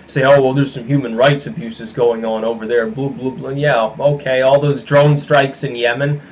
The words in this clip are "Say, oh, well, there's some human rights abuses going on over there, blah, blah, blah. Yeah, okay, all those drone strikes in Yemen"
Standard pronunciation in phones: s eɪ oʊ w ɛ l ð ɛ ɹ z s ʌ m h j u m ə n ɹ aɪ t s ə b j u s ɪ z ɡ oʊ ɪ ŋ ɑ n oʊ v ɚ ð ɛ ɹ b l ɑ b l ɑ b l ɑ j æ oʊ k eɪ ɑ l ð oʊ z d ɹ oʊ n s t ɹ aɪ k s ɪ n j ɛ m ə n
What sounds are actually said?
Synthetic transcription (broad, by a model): s eɪ oʊ w ɛ l ð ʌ ɹ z s ʌ m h j u m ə n ɹ aɪ t s ə b j u s ɪ z ɡ oʊ ɪ ŋ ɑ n oʊ v ɚ ð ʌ ɹ b l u b l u b l j æ oʊ k eɪ ɑ l ð oʊ z d ɹ oʊ n s t ɹ aɪ k s ɪ n j ɛ m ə n